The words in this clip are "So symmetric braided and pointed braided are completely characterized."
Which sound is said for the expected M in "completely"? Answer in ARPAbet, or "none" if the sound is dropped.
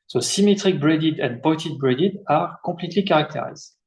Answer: none